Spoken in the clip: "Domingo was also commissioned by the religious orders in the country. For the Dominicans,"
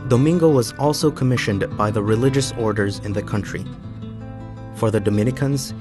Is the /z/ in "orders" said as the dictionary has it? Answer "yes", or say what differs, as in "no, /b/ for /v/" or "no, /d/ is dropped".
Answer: yes